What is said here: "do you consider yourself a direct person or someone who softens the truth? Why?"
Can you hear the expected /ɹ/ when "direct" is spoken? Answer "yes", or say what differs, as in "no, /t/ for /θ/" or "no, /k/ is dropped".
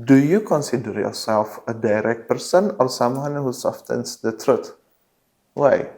yes